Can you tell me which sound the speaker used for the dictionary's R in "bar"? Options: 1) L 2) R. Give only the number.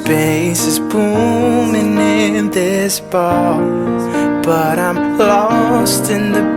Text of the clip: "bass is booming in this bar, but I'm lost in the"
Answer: 1